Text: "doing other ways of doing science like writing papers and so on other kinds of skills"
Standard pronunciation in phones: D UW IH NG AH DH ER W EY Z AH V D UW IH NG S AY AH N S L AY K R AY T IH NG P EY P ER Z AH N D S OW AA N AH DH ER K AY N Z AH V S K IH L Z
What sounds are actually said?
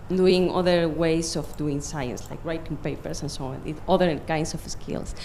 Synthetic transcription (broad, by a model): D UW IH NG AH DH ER W EY S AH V D UW IH NG S AY AH N S L AY K R AY T IH NG P EY P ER S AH N S OW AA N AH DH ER K AY N S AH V S K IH L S